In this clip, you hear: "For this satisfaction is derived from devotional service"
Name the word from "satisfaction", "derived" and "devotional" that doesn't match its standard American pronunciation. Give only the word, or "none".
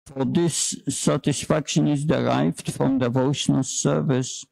none